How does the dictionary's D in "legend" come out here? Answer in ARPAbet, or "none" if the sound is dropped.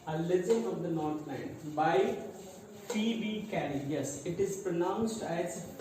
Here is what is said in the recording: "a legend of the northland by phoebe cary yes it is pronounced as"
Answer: none